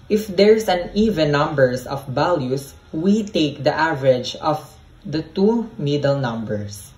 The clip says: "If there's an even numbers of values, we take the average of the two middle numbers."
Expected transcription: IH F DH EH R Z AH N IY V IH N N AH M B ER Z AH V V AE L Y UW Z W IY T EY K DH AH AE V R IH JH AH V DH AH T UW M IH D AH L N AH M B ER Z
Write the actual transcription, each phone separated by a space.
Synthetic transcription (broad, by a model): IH F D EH R S AH N IY V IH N N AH M B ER S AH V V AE L Y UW S W IY T EY K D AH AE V R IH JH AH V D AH T UW M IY D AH L N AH M B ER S